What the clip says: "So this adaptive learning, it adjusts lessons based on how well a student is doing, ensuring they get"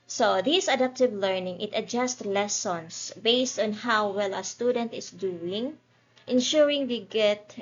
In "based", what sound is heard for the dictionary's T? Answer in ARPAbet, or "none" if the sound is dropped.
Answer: T